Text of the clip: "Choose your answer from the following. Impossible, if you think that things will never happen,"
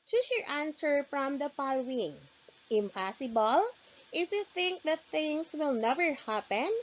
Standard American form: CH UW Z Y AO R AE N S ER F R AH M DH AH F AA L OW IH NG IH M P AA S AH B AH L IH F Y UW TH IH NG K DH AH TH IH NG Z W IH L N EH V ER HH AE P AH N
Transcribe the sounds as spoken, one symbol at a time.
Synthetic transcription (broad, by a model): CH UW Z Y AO R AE N S ER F R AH M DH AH P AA L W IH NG IH M P AA S AH B AH L IH F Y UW TH IH NG K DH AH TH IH NG S W IH L N EH V ER HH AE P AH N